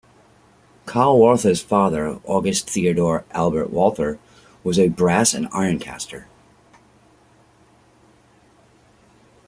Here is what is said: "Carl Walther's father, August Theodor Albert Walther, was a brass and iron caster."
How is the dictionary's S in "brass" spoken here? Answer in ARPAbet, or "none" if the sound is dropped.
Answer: S